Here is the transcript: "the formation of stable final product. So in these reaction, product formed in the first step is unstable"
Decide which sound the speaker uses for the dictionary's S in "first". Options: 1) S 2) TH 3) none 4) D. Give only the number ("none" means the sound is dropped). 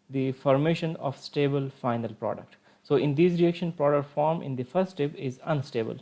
3